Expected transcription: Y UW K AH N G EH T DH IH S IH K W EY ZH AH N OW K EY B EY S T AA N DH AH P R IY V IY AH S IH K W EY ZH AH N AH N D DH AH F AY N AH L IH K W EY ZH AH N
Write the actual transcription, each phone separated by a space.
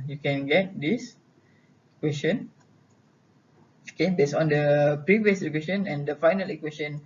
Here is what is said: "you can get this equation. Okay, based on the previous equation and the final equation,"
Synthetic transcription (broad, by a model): Y UW K AH N G EH T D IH S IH K W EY S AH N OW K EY B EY S AA N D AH P R IY V IY AH S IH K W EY SH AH N AH N D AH F AY N AH L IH K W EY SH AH N